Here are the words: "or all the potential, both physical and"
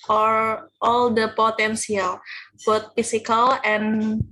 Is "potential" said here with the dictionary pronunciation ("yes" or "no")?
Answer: no